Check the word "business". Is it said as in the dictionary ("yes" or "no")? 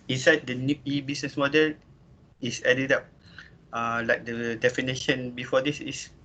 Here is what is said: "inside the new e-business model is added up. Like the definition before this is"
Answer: no